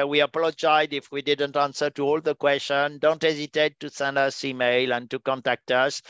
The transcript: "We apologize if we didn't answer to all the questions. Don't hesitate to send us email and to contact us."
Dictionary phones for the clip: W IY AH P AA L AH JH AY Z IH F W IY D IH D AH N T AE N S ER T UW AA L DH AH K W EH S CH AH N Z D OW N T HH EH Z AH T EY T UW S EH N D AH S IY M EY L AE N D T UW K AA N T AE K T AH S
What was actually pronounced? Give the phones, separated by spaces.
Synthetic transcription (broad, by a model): W IY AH P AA L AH JH AY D IH F W IY D IH D AH N T AE N S ER T UW AA L DH AH K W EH S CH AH N D OW N T HH EH Z AH T EY T UW S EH N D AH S IY M EY L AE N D T UW K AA N T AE K T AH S